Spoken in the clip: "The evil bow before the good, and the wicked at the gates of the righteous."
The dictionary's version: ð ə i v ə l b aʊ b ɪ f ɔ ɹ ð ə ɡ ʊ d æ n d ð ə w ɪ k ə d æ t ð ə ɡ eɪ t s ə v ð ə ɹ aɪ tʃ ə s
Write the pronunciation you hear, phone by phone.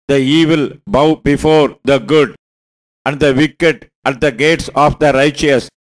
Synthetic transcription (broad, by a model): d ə i v ə l b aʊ b ɪ f ɔ ɹ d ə ɡ ʊ d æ n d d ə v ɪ k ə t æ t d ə ɡ eɪ t s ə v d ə ɹ aɪ tʃ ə s